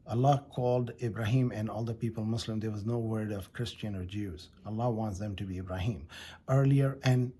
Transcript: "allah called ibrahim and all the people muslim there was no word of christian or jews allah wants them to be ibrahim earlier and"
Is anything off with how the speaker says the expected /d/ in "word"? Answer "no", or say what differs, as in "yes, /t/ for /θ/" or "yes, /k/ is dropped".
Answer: no